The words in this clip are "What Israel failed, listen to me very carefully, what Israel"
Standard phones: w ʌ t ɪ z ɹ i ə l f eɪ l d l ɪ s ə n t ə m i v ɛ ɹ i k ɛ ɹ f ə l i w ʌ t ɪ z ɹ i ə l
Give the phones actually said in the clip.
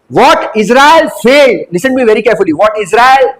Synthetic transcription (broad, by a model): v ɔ t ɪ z ɹ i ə l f eɪ d l ɪ s ə n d m i v ɛ ɹ i k ɛ ɹ f ə l i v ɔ t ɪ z ɹ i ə l